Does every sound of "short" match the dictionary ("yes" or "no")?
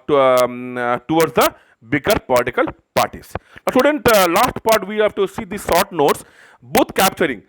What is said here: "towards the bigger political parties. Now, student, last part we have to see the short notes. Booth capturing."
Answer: no